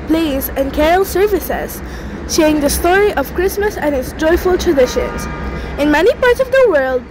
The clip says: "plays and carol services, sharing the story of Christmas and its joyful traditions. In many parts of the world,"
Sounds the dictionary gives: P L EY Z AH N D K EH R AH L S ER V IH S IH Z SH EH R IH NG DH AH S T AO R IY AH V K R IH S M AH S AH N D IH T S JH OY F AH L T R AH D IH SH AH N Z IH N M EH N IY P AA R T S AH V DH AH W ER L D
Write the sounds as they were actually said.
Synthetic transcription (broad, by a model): P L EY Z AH N K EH R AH L S ER V IH S IH Z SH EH IH NG DH AH S T AO R IY AH V K R IH S M AH S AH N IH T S JH OY F AH L T R AH D IH SH AH N Z IH N M EH N IY P AA R T S AH V DH AH W ER L D